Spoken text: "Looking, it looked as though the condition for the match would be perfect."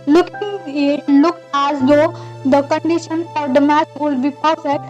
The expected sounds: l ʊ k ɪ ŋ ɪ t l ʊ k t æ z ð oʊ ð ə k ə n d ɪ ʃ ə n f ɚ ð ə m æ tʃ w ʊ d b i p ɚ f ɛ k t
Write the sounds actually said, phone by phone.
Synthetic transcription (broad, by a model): l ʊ k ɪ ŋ ɪ t l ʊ k æ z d oʊ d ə k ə n d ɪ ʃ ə n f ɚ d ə m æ s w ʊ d b i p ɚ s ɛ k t